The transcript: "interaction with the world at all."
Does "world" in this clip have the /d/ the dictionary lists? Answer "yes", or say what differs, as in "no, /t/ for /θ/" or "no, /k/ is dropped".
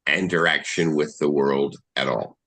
yes